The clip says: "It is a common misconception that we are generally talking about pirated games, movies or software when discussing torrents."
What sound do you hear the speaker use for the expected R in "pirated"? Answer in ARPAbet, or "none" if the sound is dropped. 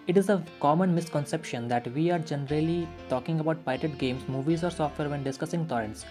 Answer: none